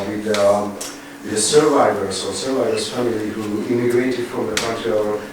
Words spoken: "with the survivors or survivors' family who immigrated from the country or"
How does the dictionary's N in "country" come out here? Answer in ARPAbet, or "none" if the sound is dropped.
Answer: none